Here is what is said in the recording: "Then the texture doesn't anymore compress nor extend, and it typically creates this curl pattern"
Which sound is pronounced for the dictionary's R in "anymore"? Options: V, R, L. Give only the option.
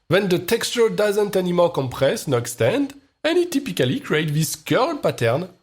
L